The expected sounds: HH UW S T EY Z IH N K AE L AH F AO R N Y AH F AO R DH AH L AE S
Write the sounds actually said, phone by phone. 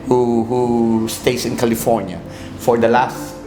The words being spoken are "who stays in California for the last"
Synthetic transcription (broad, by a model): HH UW S T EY S IH N K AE L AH F AO R N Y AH F AO R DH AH L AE S